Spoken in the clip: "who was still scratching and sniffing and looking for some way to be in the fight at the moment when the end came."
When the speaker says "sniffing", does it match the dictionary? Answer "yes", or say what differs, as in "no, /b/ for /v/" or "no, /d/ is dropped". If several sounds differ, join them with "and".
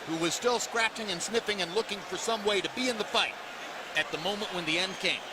yes